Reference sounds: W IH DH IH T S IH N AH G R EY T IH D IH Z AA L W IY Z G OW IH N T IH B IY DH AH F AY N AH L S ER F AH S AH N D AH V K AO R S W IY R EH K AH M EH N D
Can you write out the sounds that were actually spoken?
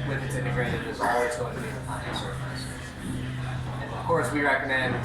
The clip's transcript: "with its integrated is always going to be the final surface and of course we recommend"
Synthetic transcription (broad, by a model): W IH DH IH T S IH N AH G R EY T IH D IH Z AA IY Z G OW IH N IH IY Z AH P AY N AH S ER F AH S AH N AH V K AO R S W IY R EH K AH M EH N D